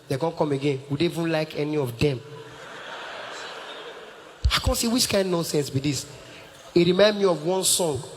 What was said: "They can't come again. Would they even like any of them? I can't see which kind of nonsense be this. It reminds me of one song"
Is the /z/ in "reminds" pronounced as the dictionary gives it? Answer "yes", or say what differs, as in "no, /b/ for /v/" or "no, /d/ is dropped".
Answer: no, /z/ is dropped